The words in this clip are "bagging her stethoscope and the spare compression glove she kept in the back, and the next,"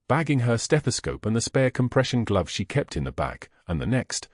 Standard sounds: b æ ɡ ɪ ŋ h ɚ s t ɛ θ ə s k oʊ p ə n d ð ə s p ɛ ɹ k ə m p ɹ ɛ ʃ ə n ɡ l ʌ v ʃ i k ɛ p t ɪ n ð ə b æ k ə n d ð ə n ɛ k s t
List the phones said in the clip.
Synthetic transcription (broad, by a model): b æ ɡ ɪ ŋ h ɚ s t ɛ θ ə s k oʊ p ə n ð ə s p ɛ ɹ k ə m p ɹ ɛ ʃ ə n ɡ l ʌ v ʃ i k ɛ p t ɪ n ð ə b æ k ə n ð ə n ɛ k s t